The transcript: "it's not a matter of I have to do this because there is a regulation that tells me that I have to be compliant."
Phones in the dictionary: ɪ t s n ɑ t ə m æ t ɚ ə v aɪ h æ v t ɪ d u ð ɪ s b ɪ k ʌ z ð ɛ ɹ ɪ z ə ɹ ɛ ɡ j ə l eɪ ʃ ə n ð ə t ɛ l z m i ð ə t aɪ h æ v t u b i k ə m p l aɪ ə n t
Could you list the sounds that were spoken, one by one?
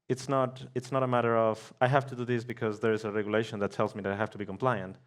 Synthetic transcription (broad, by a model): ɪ t s n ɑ t ə m æ t ɚ ə v aɪ h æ f t ɪ d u ð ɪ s b ɪ k ʌ z ð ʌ ɹ ɪ z ə ɹ ɛ ɡ j ə l eɪ ʃ ə n ð ə t ɛ l z m i ð ə t aɪ h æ f t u b i k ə m p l aɪ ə n t